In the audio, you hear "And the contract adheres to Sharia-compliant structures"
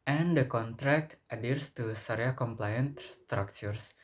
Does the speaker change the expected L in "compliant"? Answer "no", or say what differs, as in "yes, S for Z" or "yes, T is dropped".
no